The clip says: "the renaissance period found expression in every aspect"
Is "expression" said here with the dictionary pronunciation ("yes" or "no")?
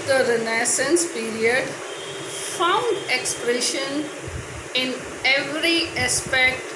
yes